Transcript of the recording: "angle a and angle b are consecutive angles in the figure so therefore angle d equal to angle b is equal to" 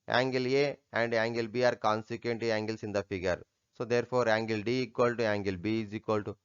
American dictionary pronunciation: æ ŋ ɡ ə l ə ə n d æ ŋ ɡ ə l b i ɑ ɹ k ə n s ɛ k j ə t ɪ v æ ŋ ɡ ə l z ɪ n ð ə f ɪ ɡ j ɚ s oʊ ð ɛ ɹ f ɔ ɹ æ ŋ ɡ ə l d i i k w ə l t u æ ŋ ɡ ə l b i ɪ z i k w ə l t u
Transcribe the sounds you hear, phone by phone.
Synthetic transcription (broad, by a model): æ ŋ ɡ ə l ə ə n d æ ŋ ɡ ə l b i ɑ ɹ k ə n s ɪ k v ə t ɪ æ ŋ ɡ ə l s ɪ n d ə f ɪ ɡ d s oʊ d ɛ ɹ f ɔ ɹ æ ŋ ɡ ə l d i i k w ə l t u æ ŋ ɡ ə l b i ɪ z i k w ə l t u